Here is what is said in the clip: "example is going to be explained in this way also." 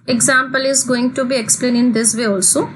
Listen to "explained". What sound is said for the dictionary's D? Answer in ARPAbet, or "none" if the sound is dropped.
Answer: none